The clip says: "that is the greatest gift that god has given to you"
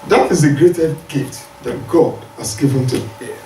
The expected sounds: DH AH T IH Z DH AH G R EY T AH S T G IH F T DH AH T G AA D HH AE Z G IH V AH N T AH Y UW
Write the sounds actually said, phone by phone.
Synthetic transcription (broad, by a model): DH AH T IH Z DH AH G R EY T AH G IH T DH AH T G AA D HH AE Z G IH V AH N T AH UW